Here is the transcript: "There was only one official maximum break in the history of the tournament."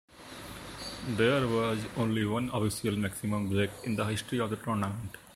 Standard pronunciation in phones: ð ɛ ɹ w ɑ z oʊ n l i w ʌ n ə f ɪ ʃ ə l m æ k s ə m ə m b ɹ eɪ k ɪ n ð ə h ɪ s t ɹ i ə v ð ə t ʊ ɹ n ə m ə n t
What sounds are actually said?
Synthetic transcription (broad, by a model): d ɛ ɹ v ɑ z oʊ n l i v ʌ n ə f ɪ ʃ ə l m æ k s ə m ə m b ɹ eɪ k ɪ n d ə h ɪ s t ɹ i ə v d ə t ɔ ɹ n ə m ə n t